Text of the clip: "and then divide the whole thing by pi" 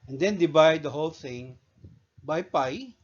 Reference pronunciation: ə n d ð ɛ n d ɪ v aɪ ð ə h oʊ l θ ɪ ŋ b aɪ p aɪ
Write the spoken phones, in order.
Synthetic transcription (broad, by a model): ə n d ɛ n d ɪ b aɪ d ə h oʊ l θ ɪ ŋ b aɪ p aɪ